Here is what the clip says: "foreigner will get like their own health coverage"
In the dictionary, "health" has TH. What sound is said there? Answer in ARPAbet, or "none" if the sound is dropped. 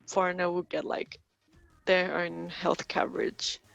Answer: TH